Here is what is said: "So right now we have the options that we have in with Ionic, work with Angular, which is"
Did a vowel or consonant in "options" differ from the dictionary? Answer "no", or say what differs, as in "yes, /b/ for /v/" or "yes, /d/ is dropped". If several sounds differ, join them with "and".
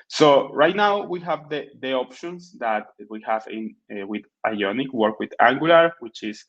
yes, /s/ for /z/